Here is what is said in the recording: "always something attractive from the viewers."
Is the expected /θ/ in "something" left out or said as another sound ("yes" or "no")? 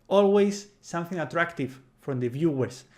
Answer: no